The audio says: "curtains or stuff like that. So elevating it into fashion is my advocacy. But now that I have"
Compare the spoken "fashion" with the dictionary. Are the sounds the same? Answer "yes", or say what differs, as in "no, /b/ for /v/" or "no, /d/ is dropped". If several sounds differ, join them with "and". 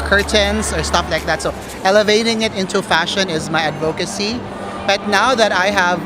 yes